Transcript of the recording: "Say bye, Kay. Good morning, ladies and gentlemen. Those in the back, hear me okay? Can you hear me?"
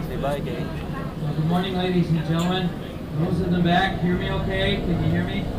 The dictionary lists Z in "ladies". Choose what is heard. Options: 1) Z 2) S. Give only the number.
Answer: 1